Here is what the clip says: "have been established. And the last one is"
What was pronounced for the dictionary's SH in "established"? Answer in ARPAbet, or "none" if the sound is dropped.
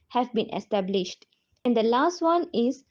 SH